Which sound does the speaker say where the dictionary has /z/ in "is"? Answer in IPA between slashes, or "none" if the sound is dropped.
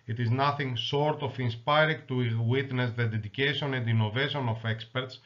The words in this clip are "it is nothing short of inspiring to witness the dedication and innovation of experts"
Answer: /z/